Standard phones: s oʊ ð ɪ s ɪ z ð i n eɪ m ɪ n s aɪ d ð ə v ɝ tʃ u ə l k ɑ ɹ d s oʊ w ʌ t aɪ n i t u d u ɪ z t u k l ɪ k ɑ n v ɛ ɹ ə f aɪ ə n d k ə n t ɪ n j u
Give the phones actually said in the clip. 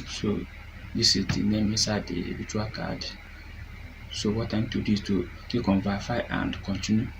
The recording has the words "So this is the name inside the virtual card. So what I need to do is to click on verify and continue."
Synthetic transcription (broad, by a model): s oʊ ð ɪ s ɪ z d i n eɪ m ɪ s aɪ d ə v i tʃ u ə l k ɑ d s oʊ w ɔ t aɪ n t u d u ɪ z t u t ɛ k ɑ n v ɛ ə f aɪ ə n d k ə n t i n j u